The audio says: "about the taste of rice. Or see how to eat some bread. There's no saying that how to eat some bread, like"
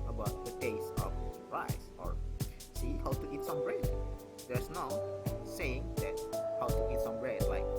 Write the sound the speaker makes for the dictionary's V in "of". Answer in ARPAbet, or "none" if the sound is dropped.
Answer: P